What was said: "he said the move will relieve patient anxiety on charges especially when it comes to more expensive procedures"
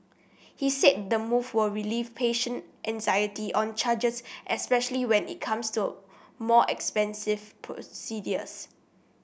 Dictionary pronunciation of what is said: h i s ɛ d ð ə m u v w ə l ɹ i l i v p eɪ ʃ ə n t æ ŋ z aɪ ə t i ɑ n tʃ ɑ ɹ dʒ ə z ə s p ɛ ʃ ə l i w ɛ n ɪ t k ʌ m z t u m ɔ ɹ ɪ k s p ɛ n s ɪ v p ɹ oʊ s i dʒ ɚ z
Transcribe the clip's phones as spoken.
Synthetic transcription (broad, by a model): h i s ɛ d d ə m u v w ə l ɹ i l i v p eɪ ʃ ə n t æ ŋ z aɪ ə t i ɑ n tʃ ɑ dʒ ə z ə s p ɛ ʃ ə l i w ɛ n ɪ t k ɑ m s t u m ɔ ɪ k s p ɛ n s ɪ v p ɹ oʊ s i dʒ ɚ s